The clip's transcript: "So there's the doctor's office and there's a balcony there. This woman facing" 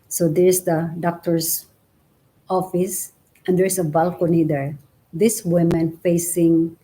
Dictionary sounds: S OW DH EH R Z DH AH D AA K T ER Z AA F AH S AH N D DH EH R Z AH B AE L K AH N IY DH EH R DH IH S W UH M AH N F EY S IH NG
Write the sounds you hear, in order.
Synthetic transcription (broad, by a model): S OW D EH R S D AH D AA K T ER S AA F AH S AH N D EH R S AH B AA L K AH N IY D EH R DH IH S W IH M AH N F EY S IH NG